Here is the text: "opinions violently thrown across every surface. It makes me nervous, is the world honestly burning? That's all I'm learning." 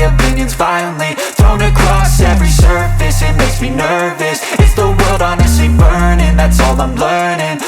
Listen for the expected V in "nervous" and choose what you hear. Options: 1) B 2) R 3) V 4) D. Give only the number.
3